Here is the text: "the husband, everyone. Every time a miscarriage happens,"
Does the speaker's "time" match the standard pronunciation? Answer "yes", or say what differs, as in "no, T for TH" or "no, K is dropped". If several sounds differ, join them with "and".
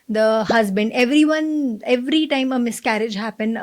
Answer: yes